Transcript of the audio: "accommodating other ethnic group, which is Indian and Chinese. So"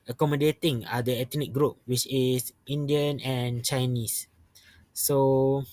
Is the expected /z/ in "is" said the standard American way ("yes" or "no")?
no